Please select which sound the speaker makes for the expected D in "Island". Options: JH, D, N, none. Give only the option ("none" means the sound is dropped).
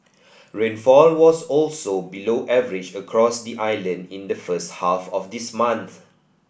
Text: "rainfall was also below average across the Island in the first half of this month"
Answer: D